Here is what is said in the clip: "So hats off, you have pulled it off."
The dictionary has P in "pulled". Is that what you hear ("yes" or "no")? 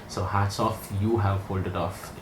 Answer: no